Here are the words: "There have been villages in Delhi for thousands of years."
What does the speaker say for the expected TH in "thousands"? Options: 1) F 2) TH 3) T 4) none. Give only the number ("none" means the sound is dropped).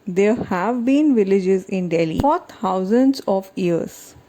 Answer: 3